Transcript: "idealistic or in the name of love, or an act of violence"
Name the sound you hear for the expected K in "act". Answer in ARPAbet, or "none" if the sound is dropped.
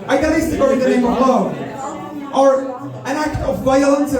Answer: K